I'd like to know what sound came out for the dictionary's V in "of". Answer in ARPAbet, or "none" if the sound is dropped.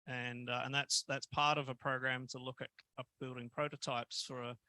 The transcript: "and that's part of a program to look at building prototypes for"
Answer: V